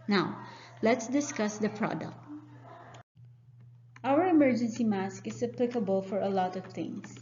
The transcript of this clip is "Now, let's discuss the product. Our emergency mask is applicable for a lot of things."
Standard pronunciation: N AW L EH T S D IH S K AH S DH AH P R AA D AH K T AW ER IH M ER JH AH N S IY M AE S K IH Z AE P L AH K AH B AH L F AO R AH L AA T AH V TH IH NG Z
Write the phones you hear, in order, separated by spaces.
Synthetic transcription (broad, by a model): N AW L EH T S D IH S K AH S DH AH P R AA D AH K T AW ER IH M ER JH AH N S IY M AE S K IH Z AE P L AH K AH B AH L F AO R AH L AA T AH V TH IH NG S